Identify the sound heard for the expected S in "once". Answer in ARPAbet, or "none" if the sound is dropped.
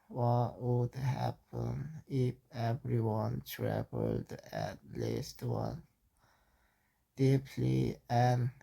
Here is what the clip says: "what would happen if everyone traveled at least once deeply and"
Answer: none